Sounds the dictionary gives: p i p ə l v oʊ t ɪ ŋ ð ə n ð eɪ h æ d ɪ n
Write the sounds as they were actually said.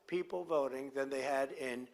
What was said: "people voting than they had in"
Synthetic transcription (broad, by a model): p i p l v oʊ t ɪ ŋ ð ə n ð eɪ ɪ d ɪ n